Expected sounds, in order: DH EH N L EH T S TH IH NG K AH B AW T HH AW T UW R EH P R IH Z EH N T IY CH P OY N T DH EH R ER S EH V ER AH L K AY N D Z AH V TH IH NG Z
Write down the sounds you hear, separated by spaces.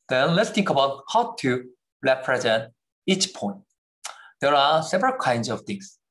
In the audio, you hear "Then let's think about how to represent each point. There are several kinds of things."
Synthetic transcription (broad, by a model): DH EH N L EH T S T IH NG K AH B AW T HH AW T UW R EH P R IH Z EH N T IY CH P OY N T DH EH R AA S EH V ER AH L K AY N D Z AH V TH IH NG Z